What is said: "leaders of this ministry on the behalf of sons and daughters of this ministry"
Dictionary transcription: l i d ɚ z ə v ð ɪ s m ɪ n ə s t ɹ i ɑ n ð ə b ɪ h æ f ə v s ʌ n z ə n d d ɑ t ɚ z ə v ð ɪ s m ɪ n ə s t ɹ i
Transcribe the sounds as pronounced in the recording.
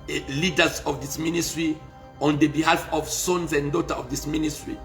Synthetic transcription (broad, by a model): l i d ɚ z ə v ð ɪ s m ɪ n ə s t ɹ i ɑ n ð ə b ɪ h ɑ f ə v s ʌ n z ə n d d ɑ t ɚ ə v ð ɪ s m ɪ n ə s t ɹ i